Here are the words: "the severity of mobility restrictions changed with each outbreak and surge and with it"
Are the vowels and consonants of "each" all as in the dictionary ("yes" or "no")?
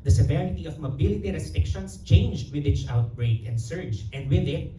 no